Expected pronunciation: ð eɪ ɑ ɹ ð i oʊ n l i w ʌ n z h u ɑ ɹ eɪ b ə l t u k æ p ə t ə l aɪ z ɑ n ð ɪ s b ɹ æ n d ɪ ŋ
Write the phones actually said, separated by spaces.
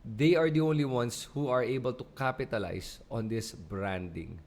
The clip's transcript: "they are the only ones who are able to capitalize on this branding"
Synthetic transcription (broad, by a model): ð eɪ ɑ ɹ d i oʊ n l i w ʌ n s h u ɑ ɹ eɪ b ə l t u k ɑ p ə t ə l aɪ s ɑ n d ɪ s b ɹ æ n d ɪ ŋ